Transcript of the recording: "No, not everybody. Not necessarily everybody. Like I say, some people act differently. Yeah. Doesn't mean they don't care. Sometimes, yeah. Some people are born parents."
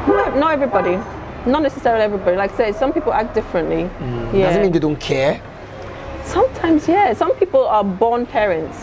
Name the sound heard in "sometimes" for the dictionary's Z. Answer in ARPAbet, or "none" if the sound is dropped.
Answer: Z